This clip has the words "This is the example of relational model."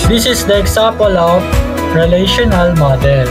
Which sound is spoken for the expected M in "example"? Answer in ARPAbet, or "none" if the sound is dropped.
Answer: none